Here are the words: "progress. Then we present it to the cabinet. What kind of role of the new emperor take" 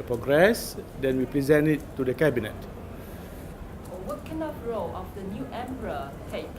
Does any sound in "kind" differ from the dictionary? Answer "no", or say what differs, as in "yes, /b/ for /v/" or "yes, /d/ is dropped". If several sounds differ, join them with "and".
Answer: yes, /d/ is dropped